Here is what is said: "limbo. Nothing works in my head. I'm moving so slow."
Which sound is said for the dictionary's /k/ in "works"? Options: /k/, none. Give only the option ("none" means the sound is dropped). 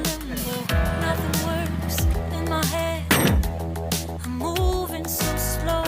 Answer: none